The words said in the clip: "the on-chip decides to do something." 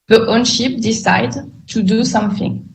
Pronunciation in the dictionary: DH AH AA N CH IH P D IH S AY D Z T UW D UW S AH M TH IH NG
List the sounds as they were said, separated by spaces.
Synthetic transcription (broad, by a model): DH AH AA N SH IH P D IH S AY D T UW D UW S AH M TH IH NG